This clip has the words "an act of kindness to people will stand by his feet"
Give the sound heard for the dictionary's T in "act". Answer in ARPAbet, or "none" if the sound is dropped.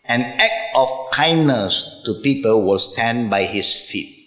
none